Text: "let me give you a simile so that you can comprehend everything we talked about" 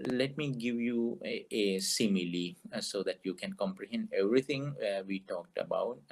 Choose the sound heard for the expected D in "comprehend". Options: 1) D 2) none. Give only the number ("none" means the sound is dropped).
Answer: 1